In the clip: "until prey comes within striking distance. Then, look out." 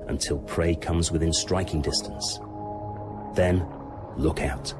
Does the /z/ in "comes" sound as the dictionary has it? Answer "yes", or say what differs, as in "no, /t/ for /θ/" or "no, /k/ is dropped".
yes